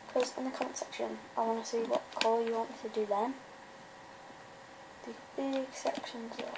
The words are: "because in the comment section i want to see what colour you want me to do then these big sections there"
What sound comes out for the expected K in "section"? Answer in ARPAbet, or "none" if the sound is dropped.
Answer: K